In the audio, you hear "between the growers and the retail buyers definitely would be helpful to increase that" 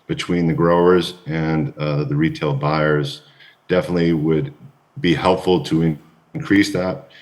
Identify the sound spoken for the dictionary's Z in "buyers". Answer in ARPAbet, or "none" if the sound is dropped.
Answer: Z